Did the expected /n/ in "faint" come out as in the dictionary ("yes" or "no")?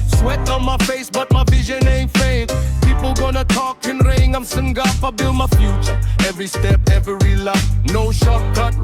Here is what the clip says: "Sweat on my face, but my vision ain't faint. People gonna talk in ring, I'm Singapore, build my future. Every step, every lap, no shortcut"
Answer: no